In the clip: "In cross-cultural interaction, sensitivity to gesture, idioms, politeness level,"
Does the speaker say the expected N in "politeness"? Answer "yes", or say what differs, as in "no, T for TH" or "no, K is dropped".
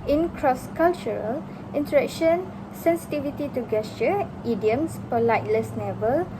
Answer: no, L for N